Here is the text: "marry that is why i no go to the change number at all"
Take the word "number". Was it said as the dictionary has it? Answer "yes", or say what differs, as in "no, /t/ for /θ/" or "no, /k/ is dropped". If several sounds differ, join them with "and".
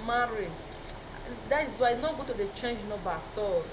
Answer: no, /m/ is dropped